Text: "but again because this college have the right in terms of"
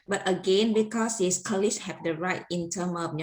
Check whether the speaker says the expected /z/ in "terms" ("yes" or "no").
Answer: no